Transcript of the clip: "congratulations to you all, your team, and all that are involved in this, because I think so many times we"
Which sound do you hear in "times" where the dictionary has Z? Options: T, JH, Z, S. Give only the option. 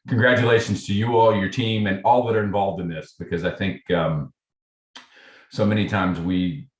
Z